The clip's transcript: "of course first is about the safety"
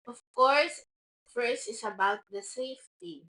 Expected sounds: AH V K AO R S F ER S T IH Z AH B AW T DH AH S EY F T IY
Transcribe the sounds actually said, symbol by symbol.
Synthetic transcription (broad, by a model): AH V K AO R S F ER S IH S AH B AW T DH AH S EY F T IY